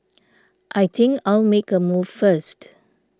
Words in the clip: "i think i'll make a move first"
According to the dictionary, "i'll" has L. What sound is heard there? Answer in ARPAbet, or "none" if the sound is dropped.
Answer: L